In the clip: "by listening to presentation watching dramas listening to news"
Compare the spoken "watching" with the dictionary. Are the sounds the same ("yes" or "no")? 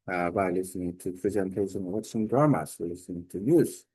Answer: no